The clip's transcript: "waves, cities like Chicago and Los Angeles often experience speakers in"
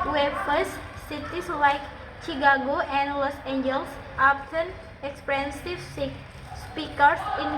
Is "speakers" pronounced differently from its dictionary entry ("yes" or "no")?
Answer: yes